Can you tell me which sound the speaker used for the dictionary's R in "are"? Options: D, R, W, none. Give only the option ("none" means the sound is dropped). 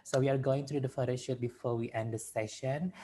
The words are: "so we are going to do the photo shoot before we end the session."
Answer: R